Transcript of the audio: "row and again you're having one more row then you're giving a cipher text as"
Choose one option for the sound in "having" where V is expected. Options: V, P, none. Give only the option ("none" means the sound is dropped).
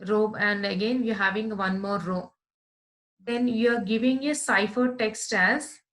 V